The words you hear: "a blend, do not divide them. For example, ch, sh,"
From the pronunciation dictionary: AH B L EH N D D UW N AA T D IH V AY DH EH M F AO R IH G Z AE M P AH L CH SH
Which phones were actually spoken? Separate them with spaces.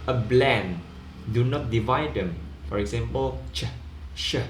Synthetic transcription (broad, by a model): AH B L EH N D D UW N AA T D IH V AY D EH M F AO R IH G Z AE M P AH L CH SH